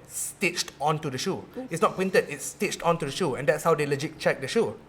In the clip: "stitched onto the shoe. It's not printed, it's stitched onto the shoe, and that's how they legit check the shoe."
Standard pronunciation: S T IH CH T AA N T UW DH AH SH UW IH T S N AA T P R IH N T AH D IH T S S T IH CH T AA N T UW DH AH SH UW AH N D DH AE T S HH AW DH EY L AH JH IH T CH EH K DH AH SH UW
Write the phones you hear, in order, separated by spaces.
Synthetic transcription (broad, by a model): S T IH CH T AA N T UW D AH SH UW IH T S N AA T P W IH N T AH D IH T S S T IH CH T AA N T UW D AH SH UW AH N D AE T S HH AW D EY L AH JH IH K CH EH K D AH SH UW